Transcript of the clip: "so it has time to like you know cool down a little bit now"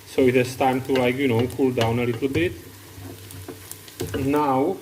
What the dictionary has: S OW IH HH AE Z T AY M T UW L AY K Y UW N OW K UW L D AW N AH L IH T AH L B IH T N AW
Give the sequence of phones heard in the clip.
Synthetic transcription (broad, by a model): S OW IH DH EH S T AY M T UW L AY K Y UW N OW K UW L D AW N AH L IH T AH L B IH T N AW